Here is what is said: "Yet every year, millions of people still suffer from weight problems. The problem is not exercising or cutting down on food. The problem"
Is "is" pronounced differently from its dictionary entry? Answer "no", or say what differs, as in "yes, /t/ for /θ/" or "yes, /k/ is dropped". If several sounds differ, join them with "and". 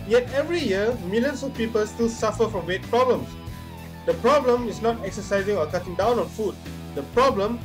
yes, /s/ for /z/